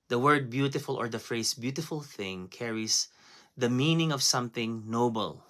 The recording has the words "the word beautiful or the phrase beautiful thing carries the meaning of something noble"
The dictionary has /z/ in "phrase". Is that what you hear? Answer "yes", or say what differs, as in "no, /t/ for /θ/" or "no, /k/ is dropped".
no, /s/ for /z/